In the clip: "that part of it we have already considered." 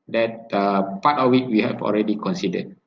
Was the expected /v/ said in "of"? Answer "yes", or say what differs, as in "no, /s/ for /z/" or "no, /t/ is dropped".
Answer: no, /w/ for /v/